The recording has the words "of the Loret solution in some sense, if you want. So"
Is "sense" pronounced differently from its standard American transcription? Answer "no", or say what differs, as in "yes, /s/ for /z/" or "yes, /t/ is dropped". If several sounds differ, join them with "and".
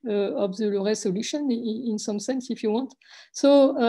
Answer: no